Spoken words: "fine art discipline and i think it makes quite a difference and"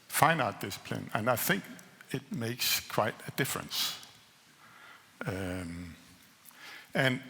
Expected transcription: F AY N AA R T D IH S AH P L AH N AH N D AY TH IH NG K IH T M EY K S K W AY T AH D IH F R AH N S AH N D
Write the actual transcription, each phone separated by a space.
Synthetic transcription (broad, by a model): F AY N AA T D IH S AH P L AH N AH N AY TH IH NG K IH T M EY K S K W AY T AH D IH F R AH N S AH N